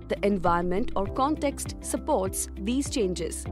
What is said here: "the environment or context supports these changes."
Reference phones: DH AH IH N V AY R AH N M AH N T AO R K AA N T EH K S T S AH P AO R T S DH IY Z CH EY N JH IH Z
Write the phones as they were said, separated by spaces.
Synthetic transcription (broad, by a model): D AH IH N V AY AH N M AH N T AO R K AA N T EH K S T S AH P AO R T S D IY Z CH EY N JH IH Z